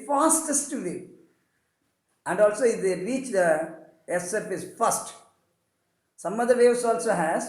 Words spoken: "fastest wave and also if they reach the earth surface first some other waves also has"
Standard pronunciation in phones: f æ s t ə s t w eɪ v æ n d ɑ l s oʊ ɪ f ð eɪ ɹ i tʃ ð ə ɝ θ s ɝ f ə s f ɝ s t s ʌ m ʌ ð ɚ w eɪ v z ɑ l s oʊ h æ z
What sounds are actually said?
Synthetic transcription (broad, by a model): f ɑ s t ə s t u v æ n d ɑ l s oʊ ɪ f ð eɪ ɹ i tʃ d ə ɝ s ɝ p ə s f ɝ s t s ʌ m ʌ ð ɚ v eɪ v s ɑ l s oʊ h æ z